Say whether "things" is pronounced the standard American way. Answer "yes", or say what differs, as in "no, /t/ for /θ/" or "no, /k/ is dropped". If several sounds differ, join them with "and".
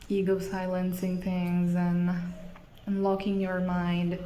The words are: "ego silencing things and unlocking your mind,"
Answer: yes